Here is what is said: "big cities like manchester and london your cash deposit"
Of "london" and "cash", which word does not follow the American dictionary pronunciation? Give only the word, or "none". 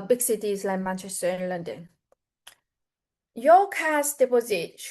cash